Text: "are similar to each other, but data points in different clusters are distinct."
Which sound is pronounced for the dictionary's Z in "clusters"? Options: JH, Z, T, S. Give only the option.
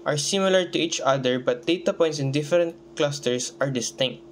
S